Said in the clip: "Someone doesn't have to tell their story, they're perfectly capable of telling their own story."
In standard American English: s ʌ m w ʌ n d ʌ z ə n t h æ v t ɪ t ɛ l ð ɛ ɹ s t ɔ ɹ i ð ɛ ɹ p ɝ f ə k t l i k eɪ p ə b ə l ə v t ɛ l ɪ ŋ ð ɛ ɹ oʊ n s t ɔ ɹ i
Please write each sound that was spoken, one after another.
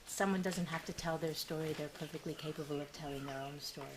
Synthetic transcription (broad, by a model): s ʌ m w ʌ n d ʌ z ə n t h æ f t ɪ t ɛ l ð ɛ ɹ s t ɔ ɹ i ð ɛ ɹ p ɝ f ə k t l i k eɪ p ə b ə l ə v t ɛ l ɪ ŋ ð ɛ ɹ oʊ n s t ɔ ɹ i